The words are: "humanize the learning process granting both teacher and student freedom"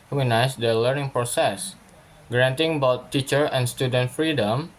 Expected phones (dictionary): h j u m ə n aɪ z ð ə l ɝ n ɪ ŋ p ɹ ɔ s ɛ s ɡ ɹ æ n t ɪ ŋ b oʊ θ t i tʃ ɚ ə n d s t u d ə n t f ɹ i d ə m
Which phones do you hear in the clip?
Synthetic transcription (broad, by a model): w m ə n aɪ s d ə l ɝ n ɪ ŋ p ɹ ɔ s ɛ s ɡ ɹ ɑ n t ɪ ŋ b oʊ t i tʃ ɚ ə n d s t u d ə n t f ɹ i d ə m